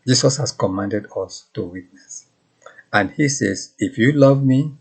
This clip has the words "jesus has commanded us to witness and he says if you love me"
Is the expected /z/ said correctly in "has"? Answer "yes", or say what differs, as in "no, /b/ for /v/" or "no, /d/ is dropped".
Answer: no, /s/ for /z/